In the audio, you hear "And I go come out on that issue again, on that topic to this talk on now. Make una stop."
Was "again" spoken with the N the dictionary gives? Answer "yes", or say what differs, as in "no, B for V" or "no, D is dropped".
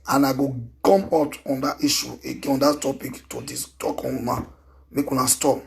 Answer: no, N is dropped